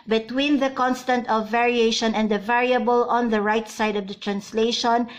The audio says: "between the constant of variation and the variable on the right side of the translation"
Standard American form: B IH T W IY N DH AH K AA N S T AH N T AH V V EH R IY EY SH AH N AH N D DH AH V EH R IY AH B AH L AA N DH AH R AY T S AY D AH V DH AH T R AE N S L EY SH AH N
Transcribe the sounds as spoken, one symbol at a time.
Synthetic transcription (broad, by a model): B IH T W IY N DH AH K AA N S T AH N T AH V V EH R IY EY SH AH N AH N D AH V EH R IY AH B AH L AA N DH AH R AY T S AY D AH V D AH T R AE N S L EY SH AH N